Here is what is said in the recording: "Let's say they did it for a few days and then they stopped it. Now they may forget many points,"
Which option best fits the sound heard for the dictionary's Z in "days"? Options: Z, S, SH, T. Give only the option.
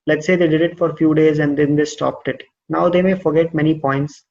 Z